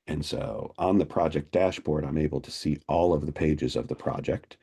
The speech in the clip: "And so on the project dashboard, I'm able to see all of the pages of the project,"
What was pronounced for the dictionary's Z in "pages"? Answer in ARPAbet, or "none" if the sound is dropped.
Z